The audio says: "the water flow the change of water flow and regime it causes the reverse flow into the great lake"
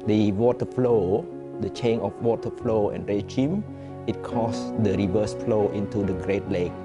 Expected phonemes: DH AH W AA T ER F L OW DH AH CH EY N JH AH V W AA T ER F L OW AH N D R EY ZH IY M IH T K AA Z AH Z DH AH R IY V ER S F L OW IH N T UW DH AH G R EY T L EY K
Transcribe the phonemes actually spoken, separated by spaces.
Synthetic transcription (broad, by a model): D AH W AA T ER F L OW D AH CH EY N AH F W AA T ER F L OW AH N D R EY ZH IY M IH T K AA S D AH R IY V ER S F L OW IH N T UW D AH G R EY T L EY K